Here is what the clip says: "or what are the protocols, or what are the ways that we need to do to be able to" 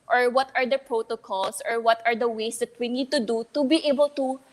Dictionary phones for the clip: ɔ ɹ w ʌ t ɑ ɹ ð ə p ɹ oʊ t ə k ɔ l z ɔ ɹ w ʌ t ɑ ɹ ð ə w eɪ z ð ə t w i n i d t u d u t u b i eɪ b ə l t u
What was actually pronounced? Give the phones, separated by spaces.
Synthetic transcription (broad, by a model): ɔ ɹ w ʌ t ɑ ɹ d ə p ɹ oʊ t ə k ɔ l s ɔ ɹ w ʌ t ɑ ɹ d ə w eɪ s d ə t w i n i d t u d u t u b i eɪ b ə l t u